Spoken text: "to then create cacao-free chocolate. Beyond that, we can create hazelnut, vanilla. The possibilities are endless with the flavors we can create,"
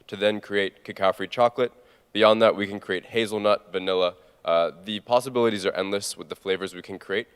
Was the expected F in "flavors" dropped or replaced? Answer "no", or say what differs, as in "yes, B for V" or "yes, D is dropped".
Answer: no